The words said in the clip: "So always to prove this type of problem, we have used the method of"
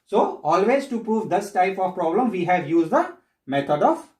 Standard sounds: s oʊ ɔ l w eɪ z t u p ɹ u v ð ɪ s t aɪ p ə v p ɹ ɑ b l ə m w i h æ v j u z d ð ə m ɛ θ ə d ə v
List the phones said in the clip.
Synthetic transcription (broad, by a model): s oʊ ɔ l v eɪ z t u p ɹ u v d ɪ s t aɪ p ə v p ɹ ɑ b l ə m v i h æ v j u z d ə m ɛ t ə d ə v